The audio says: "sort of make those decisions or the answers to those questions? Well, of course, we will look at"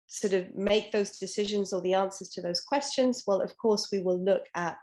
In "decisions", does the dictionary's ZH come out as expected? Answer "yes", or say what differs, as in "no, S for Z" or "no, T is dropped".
yes